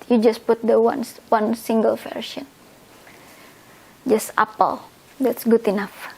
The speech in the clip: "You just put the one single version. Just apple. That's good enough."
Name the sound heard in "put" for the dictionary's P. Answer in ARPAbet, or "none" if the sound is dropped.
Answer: P